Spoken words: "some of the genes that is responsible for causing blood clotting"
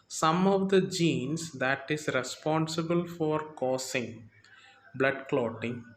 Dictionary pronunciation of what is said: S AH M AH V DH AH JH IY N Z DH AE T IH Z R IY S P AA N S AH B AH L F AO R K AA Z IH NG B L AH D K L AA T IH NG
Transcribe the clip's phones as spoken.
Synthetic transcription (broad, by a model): S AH M AH V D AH JH IY N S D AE T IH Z R IY S P AA N S AH B AH L F AO R K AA S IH NG B L AH D K L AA T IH NG